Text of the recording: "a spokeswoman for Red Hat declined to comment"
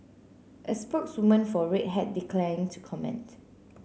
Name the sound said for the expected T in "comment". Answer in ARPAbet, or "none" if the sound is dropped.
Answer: T